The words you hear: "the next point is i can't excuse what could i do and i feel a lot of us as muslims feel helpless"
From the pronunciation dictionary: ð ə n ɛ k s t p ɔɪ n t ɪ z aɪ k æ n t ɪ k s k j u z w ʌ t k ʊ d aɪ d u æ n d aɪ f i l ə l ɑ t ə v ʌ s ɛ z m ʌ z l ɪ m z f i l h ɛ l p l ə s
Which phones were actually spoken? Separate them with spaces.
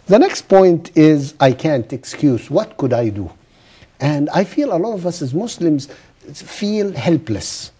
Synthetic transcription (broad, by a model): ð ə n ɛ k s t p ɔɪ n t ɪ z aɪ k æ n t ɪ k s k j u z w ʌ t k ʊ d aɪ d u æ n d aɪ f i l ə l ɑ t ə v ʌ s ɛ z m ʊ s l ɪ m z f i l h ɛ l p l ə s